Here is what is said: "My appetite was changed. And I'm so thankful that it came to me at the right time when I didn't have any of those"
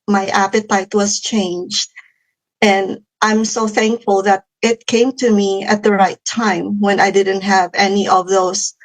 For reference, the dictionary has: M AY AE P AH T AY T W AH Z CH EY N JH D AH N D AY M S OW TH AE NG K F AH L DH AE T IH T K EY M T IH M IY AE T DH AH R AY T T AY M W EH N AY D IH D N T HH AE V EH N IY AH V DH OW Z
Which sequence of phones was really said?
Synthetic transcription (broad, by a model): M AY AE P AH T AY T W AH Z CH EY N JH D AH N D AY M S OW TH AE NG K F AH L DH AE T IH T K EY M T IH M IY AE T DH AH R AY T T AY M W EH N AY D IH D N T HH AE V EH N IY AH V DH OW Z